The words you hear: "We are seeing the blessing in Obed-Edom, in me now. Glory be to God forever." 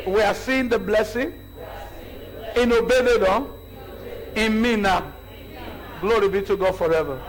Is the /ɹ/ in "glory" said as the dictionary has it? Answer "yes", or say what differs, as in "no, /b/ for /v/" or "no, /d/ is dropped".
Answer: yes